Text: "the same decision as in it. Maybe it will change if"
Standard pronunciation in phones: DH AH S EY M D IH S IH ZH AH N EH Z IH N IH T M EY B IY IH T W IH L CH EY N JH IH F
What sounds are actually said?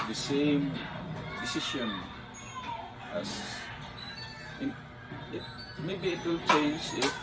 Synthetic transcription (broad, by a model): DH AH S EY M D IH S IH SH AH N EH S IH N IH T M EY B IY IH T W IH L CH EY N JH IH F